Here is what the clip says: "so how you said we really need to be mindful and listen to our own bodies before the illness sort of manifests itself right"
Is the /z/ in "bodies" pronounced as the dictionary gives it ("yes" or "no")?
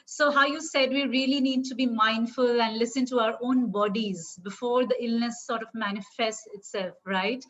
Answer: yes